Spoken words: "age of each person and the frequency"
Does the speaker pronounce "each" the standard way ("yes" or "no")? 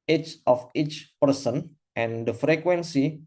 yes